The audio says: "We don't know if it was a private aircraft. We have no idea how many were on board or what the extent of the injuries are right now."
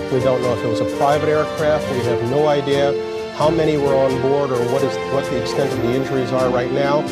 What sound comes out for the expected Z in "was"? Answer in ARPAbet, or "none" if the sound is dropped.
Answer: Z